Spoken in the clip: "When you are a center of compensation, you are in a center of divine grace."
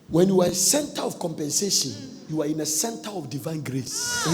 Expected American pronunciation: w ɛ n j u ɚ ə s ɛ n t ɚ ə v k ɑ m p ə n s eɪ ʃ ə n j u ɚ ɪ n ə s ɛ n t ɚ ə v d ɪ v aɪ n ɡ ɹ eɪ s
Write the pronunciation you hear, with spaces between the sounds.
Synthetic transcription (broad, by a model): w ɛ n j u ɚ ə s ɛ n t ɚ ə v k ɑ m p ə n s eɪ ʃ ə n j u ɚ ɪ n ə s ɛ n t ɚ ə v d ɪ v aɪ n ɡ ɹ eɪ s